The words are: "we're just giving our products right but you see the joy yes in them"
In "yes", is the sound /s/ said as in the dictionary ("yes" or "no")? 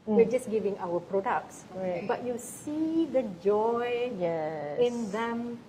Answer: no